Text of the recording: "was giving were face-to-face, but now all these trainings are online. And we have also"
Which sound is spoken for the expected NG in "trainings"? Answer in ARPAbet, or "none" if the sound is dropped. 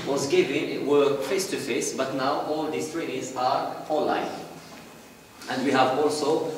none